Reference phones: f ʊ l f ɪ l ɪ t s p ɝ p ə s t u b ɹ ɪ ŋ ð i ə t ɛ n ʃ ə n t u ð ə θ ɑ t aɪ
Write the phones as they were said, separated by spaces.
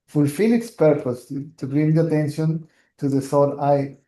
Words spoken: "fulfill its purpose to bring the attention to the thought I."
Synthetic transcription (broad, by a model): f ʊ l f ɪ l ɪ t s p ɝ p ə s t u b ɹ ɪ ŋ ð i ə t ɛ n ʃ ə n t u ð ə s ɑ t aɪ